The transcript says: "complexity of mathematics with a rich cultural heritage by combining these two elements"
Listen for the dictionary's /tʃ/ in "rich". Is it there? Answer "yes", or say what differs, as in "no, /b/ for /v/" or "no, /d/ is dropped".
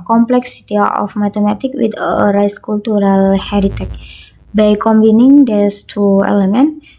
no, /s/ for /tʃ/